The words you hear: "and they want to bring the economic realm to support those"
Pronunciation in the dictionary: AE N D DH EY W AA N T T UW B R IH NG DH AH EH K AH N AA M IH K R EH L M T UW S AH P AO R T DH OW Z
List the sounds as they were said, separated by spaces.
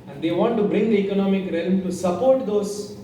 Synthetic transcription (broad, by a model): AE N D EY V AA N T T UW B R IH NG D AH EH K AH N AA M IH K R EH L M T UW S AH P AO R T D OW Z